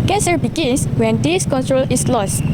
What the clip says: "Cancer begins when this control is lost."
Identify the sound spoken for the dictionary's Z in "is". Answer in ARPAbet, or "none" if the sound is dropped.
S